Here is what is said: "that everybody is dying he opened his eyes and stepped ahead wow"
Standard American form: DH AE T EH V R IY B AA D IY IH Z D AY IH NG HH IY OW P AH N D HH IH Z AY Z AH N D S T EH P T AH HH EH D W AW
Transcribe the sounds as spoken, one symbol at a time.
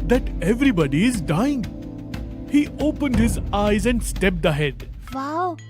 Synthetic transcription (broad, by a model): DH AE T EH V R IY B AA D IY IH Z D AY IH NG HH IY OW P AH N D HH IH Z AY Z AH N D S T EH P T AH HH EH D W AW